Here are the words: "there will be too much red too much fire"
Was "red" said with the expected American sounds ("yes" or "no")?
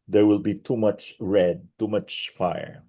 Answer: yes